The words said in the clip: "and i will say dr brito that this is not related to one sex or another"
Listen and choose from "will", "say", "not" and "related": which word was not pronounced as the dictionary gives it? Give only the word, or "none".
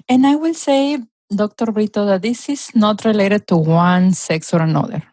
none